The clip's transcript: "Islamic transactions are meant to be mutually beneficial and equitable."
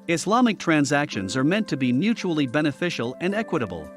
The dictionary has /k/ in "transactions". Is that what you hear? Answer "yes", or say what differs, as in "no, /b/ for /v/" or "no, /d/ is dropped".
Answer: yes